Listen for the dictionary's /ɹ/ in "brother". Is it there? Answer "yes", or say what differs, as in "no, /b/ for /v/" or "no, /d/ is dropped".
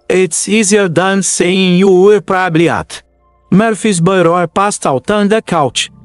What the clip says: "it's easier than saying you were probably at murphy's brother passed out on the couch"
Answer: no, /ɹ/ is dropped